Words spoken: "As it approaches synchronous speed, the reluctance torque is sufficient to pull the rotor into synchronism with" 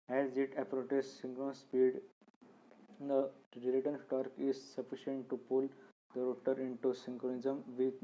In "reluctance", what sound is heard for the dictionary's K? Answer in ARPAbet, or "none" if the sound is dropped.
none